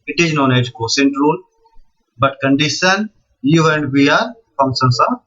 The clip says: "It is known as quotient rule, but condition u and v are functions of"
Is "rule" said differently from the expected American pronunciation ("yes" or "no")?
yes